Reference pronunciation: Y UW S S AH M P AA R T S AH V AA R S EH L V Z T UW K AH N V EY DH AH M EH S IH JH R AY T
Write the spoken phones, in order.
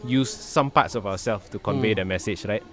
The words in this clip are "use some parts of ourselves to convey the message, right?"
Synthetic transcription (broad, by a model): Y UW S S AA M P AA T S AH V AA W S EH L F T UW K AH N V EY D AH M EH S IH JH R AY T